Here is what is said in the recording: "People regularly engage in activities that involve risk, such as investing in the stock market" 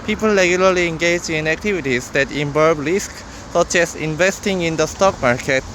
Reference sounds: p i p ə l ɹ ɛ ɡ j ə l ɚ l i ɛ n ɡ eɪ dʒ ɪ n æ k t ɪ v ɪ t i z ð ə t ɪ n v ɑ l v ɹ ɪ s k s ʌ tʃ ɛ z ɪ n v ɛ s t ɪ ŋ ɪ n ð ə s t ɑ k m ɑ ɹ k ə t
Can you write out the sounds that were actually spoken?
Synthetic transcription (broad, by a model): p i p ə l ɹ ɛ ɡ j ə l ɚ l i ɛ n ɡ eɪ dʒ ɪ n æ k t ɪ v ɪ t i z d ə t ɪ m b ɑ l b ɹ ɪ s k s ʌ tʃ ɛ s ɪ n v ɛ s t ɪ ŋ ɪ n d ə s t ɑ k m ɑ ɹ k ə t